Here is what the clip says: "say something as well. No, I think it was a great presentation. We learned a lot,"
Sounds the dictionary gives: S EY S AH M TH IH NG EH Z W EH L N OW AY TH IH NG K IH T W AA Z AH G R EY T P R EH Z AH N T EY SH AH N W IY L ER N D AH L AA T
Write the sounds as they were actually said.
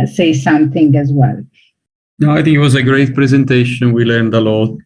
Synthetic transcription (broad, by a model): S EY S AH M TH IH NG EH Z W EH L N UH AY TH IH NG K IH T W AA Z AH G R EY T P R EH Z AH N T EY SH AH N W IY L ER N D AH L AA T